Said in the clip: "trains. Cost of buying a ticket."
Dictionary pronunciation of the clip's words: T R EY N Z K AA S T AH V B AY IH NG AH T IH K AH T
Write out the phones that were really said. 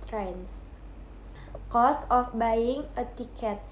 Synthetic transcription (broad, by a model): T R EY N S K AA S T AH F B AY IH NG AH T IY K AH T